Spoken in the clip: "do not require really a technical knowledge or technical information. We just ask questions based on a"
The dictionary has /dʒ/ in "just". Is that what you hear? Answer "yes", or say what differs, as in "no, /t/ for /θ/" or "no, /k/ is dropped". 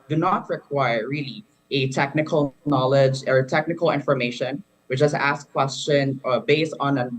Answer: no, /tʃ/ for /dʒ/